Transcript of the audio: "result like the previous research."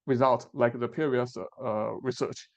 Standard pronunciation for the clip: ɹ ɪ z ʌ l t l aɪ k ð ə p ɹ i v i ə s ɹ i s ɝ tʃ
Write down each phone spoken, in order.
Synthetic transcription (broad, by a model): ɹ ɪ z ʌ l t l aɪ k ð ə p i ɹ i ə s ɹ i s ɝ tʃ